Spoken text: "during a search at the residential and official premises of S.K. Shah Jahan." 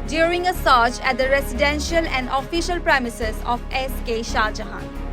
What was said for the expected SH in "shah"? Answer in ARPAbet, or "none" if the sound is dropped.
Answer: SH